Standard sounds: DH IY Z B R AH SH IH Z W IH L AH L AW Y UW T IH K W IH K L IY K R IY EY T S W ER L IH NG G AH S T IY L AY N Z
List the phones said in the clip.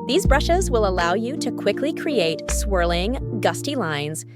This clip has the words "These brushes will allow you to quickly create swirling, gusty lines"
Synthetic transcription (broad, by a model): DH IY Z B R AH SH IH Z W IH L AH L AW Y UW T IH K W IH K L IY K R IY EY T S W ER L IH NG G AH S T IY L AY N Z